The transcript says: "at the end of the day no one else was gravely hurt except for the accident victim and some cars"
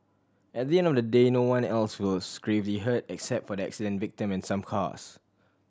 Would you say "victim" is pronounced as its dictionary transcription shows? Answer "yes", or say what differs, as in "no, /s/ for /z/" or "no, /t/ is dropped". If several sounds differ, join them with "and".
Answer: yes